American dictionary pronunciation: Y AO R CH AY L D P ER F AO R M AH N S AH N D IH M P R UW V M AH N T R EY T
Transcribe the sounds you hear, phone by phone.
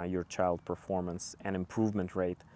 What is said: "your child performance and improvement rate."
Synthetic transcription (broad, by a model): Y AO R CH AY L D P ER F AO R M AH N S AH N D IH M P R UW V M AH N T R EY T